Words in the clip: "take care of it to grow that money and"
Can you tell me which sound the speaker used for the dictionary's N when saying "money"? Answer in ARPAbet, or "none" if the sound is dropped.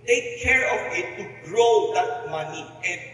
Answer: N